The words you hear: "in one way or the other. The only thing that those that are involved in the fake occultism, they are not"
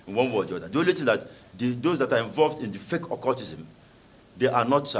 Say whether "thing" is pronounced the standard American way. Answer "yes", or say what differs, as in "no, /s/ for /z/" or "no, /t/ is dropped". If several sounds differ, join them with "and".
no, /t/ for /θ/